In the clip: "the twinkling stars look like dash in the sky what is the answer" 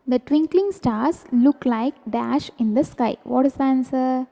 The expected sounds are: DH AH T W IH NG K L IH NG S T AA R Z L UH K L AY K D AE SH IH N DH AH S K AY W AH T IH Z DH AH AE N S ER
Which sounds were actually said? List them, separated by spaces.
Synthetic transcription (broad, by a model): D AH T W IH NG K L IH NG S T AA R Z L UH K L AY K D AE SH IH N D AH S K AY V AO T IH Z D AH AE N S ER